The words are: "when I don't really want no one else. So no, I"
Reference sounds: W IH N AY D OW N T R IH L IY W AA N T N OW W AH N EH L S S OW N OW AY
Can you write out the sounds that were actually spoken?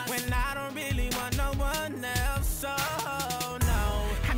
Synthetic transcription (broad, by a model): W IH N AY D OW N T R IH L IY W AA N N OW W AH N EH L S S OW N OW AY